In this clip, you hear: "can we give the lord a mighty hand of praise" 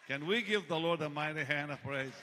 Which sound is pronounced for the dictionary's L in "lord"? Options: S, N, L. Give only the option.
L